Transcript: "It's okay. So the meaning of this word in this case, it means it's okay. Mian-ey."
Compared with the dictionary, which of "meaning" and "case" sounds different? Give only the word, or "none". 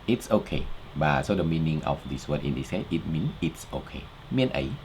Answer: case